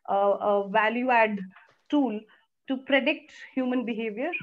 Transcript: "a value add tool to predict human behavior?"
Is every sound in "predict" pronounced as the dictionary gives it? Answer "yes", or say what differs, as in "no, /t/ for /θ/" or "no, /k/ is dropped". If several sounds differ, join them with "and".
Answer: yes